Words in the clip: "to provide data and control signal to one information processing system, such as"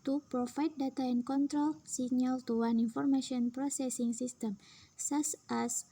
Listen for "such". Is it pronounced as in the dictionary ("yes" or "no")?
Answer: no